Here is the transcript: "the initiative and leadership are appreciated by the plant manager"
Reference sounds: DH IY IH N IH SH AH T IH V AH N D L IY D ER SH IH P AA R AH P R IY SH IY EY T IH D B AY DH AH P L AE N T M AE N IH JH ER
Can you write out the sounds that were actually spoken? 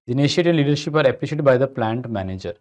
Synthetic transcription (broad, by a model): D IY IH N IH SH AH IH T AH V L IY D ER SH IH P AA R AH P L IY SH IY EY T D B AY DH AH P L AE N T M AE N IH JH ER